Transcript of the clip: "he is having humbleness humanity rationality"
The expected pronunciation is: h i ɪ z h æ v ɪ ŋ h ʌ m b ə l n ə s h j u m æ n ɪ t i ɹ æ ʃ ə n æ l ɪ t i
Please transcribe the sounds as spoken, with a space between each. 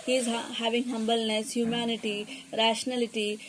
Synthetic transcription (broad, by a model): h i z h æ v ɪ ŋ h ʌ m b ə l n ə s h j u m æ n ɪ t i ɹ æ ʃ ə n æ l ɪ t i